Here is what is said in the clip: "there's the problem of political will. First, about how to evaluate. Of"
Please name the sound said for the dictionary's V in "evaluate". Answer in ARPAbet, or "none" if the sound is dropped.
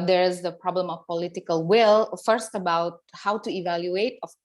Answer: V